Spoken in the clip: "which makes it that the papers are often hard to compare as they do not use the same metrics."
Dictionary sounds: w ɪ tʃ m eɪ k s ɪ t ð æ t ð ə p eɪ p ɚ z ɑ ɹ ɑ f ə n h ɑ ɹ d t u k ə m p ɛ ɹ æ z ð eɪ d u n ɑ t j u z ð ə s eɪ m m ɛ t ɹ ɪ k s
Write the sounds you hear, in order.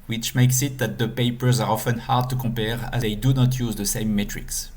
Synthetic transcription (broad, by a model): w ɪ tʃ m eɪ k s ɪ t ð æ t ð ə p eɪ p ɚ z ɑ ɹ ɑ f ə n h ɑ ɹ d t u k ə p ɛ ɹ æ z ð eɪ d u n ɑ t j u z ð ə s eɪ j m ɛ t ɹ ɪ k s